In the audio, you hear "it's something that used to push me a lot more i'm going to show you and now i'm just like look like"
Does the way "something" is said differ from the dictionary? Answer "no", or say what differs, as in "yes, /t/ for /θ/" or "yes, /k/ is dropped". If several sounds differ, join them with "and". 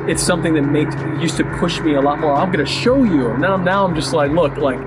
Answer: no